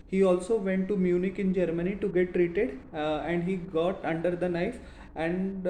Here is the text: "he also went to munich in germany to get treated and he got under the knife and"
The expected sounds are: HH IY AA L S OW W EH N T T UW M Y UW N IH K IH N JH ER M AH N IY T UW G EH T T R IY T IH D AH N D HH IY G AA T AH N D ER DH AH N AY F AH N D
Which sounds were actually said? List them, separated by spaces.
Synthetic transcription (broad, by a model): HH IY AA L S OW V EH N T T UW M Y UW N IH K IH N JH ER M AH N IY T UW G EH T T R IY T IH D AH N D HH IY G AA T AH N D ER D AH N AY F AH N